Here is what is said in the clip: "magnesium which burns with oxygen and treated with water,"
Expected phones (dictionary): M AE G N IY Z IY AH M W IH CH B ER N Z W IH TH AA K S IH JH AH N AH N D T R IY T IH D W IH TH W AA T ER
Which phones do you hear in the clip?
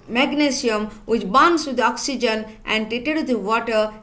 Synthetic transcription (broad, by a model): M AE G N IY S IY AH M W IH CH B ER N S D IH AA K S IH JH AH N AH N D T IY T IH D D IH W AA T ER